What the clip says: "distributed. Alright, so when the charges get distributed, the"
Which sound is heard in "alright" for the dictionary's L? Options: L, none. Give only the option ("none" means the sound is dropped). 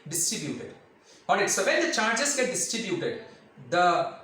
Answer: none